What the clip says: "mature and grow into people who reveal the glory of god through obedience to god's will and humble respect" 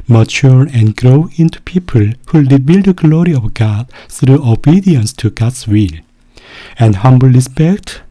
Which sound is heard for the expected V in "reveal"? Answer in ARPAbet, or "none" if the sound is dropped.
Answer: B